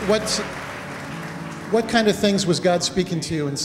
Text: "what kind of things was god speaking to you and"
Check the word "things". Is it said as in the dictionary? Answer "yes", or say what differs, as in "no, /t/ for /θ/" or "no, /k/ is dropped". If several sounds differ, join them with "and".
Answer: yes